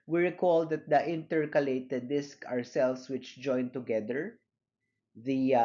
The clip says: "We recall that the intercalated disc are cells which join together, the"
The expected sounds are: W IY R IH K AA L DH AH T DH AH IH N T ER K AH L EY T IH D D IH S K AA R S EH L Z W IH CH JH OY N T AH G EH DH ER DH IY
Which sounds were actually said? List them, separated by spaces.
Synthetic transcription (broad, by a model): W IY R IH K AA L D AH T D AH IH N T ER K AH L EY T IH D D IH S K AA R S EH L S W IH CH JH OY N T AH G EH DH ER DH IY